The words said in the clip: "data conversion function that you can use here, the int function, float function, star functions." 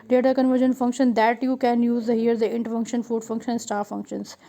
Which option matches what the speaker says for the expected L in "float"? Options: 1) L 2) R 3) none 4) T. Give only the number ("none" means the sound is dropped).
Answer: 3